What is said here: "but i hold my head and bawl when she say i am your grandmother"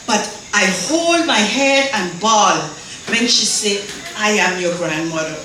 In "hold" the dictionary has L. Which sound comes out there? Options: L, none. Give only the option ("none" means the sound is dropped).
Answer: L